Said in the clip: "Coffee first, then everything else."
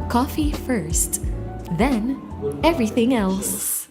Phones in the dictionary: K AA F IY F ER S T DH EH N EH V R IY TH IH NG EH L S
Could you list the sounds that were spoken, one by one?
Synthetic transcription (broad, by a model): K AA F IY F ER S T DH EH N EH V R IY TH IH NG EH L S